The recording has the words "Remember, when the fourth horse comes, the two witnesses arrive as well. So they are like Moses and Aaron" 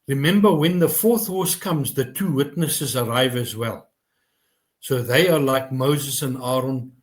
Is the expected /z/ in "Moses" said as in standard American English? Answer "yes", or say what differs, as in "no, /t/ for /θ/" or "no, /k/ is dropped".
yes